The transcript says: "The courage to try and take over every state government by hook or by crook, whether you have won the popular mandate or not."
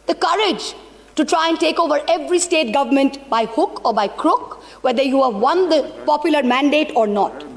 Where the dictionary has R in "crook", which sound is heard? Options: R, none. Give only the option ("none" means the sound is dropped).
R